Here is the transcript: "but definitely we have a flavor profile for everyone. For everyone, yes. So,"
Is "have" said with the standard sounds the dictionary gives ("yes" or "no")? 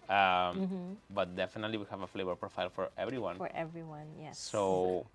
yes